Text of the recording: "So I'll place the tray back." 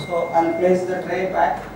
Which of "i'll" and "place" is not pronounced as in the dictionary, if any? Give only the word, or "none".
i'll